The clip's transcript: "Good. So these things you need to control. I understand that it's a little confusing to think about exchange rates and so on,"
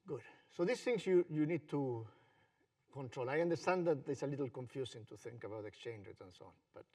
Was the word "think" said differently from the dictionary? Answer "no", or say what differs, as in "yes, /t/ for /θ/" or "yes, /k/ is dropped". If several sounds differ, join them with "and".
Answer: no